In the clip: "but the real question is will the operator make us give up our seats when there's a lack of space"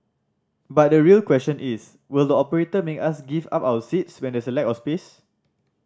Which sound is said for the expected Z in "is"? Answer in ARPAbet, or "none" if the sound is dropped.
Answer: S